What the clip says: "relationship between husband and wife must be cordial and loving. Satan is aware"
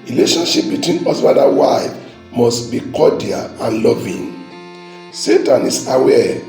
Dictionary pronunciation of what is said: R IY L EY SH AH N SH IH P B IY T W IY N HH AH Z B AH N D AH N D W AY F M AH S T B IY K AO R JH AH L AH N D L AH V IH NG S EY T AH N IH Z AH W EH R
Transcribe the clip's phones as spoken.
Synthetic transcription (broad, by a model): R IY L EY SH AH N SH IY P B IY T W IY N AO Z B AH D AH W AY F M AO S T B IY K AO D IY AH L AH N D L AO V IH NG S EY T AH N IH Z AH W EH